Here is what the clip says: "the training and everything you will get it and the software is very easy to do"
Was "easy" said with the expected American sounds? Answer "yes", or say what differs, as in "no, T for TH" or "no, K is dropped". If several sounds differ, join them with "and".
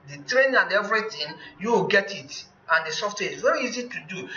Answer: yes